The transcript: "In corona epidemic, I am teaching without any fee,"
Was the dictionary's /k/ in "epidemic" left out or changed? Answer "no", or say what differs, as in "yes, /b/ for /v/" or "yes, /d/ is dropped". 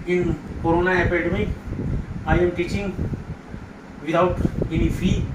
yes, /k/ is dropped